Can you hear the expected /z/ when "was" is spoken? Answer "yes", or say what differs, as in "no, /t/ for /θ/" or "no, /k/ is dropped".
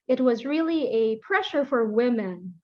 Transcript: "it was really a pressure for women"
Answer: yes